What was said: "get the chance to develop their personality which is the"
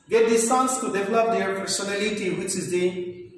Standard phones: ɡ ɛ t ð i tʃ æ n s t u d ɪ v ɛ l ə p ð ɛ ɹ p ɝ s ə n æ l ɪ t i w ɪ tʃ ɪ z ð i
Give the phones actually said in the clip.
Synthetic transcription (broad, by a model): ɡ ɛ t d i s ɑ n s t u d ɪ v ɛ l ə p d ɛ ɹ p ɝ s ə n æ l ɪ t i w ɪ tʃ ɪ z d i